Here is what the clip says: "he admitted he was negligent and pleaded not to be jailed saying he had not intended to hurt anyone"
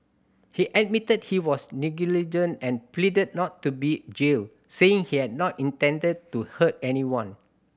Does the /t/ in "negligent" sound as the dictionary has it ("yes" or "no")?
no